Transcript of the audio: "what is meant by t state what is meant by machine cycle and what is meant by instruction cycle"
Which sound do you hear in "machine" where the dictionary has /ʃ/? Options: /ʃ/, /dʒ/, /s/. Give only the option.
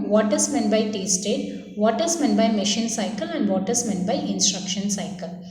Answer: /ʃ/